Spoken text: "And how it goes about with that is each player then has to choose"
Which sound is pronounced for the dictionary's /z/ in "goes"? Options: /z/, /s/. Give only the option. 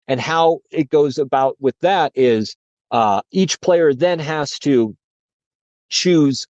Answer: /z/